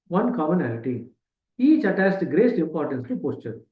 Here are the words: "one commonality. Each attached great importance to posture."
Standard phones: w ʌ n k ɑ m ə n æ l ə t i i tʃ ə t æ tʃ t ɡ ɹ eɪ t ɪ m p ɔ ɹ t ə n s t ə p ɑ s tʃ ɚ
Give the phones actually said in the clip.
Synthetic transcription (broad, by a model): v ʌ n k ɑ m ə n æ l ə t i i tʃ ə t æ s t ɡ ɹ eɪ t ɪ m p ɔ ɹ t ə n s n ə p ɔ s tʃ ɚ